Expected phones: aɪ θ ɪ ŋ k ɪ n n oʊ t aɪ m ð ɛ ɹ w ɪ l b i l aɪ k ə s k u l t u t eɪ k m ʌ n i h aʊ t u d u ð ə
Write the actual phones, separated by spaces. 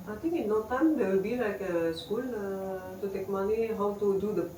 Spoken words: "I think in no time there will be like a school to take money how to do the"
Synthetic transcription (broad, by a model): aɪ t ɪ ŋ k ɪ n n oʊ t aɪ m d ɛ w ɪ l b i l aɪ k ə s k u l t u t eɪ k m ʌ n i h aʊ t u d u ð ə